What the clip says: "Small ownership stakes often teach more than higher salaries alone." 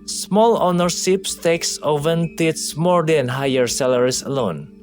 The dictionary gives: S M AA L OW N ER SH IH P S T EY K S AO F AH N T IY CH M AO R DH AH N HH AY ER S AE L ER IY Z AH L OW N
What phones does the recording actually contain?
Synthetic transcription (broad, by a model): S M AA L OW N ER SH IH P S T EY K S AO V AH N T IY S M AO R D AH N HH AY ER S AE L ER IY S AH L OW N